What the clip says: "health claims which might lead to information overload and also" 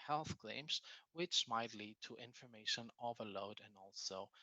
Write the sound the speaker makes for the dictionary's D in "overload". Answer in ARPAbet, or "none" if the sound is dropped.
D